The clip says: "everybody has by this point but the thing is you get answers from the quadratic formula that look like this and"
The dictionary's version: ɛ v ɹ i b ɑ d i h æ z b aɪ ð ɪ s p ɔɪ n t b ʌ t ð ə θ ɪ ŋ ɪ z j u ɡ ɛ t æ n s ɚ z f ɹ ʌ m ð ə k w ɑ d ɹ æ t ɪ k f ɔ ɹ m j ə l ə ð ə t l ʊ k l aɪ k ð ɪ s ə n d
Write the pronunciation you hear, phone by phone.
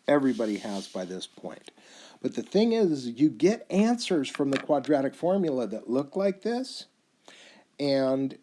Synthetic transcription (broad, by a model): ɛ v ɹ i b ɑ d i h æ z b aɪ ð ɪ s p ɔɪ n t b ʌ t ð ə θ ɪ ŋ ɪ z j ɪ ɡ ɛ t æ n s ɚ z f ɹ ʌ m ð ə k w ɑ d ɹ æ t ɪ k f ɔ ɹ m j l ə ð ə t l ʊ k l aɪ k ð ɪ s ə n